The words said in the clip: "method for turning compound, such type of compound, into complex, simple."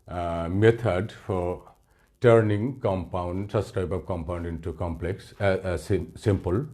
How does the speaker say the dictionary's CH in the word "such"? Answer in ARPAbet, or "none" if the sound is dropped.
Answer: S